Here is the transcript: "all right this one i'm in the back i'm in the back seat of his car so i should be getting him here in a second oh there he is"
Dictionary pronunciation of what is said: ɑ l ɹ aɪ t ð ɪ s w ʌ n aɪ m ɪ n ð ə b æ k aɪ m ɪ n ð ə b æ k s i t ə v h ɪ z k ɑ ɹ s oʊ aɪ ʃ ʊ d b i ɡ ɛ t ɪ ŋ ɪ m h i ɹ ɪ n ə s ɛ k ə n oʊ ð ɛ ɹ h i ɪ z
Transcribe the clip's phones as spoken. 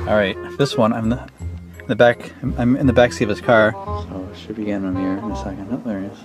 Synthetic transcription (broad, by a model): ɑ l ɹ aɪ t ð ɪ s w ʌ n aɪ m ɪ n ð ə b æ k aɪ m ɪ n ð ə b æ k s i ə v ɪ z k ɑ ɹ s oʊ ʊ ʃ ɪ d b i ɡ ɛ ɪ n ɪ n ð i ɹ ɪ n ə s ɛ k ə n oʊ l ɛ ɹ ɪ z